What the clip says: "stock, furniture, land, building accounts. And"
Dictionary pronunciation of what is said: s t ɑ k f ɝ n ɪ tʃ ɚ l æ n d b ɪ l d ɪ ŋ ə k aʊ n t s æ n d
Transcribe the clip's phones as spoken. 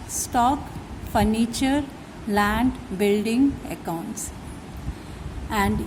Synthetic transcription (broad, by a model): s t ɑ k f ɝ n ɪ tʃ ɚ l æ n d b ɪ l d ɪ ŋ ə k aʊ n t s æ n d